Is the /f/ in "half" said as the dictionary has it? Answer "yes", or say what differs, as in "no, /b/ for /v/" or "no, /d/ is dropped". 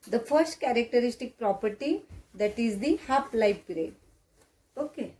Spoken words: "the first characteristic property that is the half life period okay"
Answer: no, /p/ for /f/